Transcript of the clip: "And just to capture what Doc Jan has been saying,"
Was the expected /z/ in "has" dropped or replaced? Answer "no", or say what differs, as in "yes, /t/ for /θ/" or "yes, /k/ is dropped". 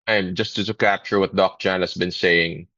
yes, /s/ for /z/